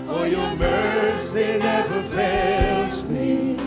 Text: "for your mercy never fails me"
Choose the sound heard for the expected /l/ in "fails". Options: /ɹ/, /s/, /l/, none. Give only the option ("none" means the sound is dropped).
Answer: none